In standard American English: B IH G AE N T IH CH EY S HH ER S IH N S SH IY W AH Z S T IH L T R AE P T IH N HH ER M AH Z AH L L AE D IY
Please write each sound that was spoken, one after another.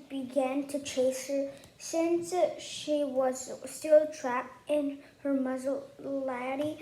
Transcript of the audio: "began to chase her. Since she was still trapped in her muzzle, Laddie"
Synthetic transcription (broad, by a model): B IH G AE N T IH CH EY S HH ER S IH N S SH IY W AH Z S T IH L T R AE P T IH N HH ER M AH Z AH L L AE D IY